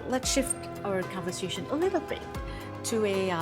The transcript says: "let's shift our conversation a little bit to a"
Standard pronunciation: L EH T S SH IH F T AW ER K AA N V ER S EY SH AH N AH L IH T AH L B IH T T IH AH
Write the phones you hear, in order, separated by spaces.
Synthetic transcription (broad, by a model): L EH T S SH IH F T AW ER K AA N V ER S EY SH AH N AH L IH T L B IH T T IH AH